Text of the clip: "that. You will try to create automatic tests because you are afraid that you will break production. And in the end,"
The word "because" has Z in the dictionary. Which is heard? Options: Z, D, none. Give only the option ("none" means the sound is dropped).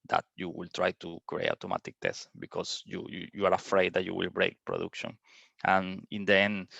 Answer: none